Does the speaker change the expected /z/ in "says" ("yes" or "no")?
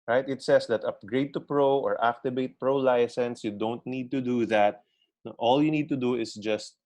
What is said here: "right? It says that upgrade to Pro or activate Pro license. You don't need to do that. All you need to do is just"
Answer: yes